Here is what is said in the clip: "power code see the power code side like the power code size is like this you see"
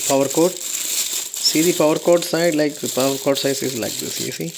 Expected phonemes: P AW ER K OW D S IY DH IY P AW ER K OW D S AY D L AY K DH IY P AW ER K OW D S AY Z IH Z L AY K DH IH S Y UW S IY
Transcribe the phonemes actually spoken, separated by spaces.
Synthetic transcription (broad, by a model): P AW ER K OW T S IY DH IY P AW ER K OW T S AY D L AY K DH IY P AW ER K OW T S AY S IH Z L AY K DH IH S Y UW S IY